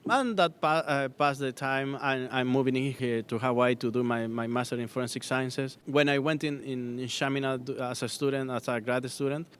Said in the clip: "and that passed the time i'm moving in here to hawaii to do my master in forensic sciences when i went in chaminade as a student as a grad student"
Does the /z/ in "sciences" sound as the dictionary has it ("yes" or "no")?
no